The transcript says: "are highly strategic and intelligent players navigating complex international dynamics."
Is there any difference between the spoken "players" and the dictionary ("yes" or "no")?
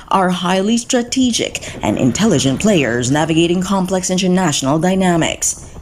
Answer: no